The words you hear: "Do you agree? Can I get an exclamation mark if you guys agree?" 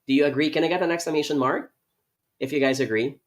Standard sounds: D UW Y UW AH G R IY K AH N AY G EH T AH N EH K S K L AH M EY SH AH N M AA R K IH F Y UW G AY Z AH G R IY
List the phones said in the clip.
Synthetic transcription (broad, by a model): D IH Y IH AH G R IY K AH N AY G EH T AH N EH K S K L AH M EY SH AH N M AA R K IH F Y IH G AY Z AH G R IY